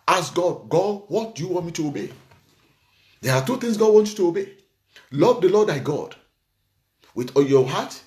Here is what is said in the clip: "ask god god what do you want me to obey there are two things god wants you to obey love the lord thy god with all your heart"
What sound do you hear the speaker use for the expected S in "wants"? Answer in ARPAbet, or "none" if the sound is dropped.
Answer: none